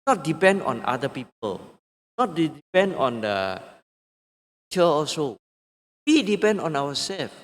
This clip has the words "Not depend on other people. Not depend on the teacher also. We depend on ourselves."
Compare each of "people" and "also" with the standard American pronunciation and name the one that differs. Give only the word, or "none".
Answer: also